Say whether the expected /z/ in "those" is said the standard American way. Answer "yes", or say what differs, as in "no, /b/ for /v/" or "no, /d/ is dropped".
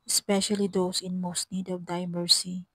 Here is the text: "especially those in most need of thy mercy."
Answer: no, /s/ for /z/